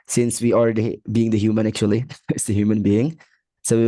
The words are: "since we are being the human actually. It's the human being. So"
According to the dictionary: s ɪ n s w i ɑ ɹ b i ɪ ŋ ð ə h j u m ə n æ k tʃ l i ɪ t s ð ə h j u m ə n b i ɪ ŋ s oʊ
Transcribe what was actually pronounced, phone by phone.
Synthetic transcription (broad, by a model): s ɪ n s w i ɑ ɹ b i ɪ ŋ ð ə h j u m ə n æ k tʃ l i ɪ t s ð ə h j u m ə n b i ɪ ŋ s oʊ